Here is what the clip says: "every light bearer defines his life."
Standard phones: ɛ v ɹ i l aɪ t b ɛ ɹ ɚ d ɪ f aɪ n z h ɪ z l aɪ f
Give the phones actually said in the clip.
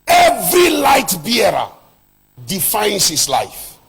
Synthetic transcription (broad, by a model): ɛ v ɹ i l aɪ t b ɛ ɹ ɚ d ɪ f aɪ n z h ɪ s l aɪ f